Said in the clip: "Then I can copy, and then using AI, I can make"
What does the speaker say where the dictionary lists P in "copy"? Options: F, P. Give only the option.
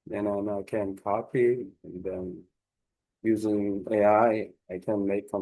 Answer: P